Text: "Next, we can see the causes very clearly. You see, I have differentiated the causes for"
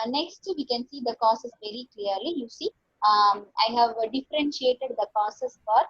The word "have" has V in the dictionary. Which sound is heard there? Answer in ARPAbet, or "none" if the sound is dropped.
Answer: V